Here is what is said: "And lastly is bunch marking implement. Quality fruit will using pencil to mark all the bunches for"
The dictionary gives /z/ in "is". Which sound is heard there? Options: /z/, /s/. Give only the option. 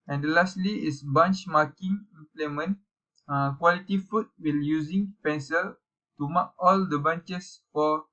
/s/